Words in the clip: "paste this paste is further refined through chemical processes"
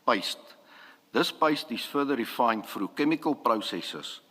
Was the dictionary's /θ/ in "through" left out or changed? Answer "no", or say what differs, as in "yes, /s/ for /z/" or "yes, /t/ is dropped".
yes, /f/ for /θ/